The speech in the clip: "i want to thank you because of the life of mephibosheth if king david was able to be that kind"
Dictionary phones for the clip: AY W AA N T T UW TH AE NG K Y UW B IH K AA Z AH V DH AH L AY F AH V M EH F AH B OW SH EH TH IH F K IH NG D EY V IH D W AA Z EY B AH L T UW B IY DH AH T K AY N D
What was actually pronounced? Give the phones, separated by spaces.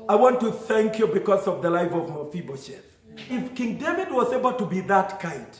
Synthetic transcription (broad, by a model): AY W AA N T T UW TH AE NG K Y UW B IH K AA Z AH V DH AH L AY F AH V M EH F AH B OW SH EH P IH F K IH NG D EY V IH D W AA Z EY B AH L T UW B IY DH AH T K AY N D